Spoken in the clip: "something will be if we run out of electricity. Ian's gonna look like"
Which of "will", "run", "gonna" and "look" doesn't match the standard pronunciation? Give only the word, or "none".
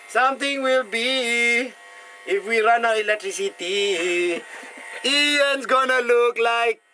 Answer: none